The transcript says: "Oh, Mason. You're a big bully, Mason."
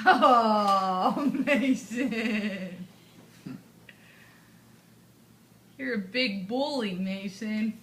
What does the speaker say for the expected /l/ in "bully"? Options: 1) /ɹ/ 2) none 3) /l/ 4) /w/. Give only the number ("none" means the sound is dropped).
3